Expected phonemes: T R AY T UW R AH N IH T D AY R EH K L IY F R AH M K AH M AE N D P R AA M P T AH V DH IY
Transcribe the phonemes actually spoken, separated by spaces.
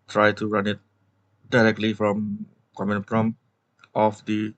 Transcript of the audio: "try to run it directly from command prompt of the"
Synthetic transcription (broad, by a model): T R AY T UW R AH N IH T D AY R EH K L IY F R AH M K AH M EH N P R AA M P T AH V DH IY